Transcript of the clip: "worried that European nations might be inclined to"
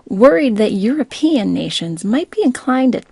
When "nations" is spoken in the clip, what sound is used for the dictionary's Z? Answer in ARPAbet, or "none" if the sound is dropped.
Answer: Z